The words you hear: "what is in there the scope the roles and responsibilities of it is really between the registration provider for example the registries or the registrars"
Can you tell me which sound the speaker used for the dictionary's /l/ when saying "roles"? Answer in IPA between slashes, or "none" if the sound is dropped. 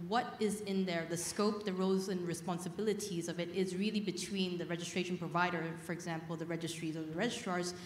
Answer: none